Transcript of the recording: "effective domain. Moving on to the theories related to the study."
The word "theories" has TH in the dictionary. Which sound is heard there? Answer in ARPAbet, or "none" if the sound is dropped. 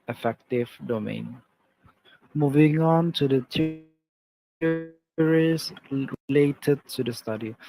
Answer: T